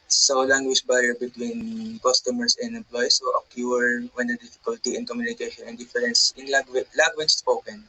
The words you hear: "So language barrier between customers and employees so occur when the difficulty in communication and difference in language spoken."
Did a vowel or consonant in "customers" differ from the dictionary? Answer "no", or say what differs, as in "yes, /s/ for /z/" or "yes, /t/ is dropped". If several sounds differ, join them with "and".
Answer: yes, /s/ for /z/